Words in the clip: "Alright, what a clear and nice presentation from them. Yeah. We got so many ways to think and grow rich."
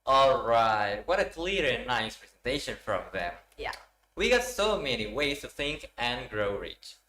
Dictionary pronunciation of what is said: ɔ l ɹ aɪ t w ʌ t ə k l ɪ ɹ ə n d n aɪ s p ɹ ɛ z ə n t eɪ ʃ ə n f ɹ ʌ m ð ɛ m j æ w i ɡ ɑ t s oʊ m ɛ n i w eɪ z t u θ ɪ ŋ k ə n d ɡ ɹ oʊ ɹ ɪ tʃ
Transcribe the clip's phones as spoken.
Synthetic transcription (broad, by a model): ɔ l ɹ aɪ t w ʌ t ə k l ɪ ɹ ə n n aɪ s p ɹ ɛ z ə n t eɪ ʃ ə n f ɹ ʌ m ð ɛ m j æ w i ɡ ɑ t s oʊ m ɛ n i w eɪ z t u θ ɪ ŋ k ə n ɡ ɹ oʊ ɹ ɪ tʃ